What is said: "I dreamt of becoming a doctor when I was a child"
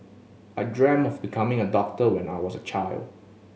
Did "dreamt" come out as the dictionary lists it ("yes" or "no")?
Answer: no